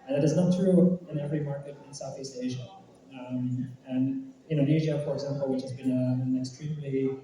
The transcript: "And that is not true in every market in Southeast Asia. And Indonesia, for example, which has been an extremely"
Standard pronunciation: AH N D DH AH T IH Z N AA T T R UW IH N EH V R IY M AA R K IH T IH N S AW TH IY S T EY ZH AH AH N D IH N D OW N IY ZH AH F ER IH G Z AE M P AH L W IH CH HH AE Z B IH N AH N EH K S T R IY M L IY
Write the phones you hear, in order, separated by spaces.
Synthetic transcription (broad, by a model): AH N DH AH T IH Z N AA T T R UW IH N EH V R IY M AA R K IH T IH N S AW TH IY S T EY ZH AH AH N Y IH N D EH IH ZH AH F ER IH G Z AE M P L W IH CH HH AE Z B IH N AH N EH K S T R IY M L IY